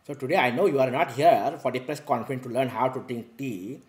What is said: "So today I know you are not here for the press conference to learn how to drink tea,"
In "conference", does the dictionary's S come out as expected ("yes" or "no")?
no